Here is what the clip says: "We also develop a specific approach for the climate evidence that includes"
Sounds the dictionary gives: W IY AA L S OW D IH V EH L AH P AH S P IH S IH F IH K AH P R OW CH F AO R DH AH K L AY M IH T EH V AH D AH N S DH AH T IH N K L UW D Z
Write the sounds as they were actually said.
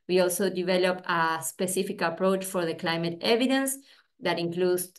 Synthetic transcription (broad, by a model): W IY AA L S OW D IH V EH L AH P AH S P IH S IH F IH K AH P R OW CH F AO R DH AH K L AY M IH T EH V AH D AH N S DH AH T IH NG K L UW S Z